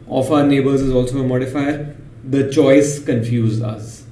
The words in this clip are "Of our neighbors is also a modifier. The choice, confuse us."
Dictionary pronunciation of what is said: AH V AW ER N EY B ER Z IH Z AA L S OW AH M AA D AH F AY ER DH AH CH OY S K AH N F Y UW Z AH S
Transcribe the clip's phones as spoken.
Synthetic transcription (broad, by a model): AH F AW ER N EY B ER Z IH Z AA L S OW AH M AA D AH F AY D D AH CH OY S K AH N F Y UW Z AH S